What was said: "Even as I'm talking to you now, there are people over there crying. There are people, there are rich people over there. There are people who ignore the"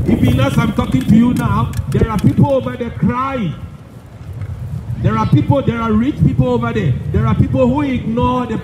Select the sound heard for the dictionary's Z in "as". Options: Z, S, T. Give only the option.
S